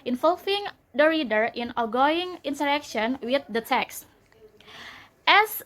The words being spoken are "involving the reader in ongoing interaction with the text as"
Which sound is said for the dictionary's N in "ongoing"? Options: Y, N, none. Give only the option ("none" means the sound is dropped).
none